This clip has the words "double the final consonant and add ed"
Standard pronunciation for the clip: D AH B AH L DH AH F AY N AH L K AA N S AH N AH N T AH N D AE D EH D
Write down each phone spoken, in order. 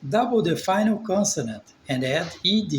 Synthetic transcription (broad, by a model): D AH B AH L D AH F AY N AH L K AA N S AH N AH N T AH N D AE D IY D